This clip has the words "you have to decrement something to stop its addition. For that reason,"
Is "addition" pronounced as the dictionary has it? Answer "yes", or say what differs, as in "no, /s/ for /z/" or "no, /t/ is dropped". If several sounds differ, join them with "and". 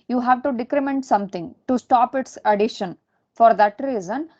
yes